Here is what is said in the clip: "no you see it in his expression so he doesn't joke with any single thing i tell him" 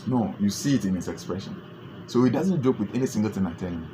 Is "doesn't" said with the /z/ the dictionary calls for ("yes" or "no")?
yes